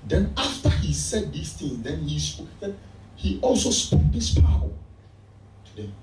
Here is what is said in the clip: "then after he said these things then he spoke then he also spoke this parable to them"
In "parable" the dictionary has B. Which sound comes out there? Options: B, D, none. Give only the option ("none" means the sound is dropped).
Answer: none